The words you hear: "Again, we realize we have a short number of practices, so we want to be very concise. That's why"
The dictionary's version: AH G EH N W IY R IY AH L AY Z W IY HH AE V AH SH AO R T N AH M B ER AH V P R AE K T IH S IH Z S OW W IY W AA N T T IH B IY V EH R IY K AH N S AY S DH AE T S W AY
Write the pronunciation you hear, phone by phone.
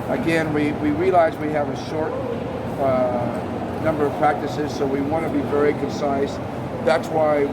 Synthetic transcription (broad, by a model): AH G EH N W IY R IY AH L AY Z W IY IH V AH SH AO R T N AH M B ER AH V P R AE K T IH S IH Z S OW W IY W AA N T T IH B IY V EH R IY K AH N S AY S DH AE T S W AY